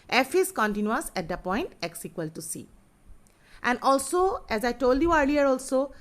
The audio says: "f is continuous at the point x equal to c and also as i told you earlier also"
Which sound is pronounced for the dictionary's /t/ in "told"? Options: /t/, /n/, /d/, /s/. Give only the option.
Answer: /t/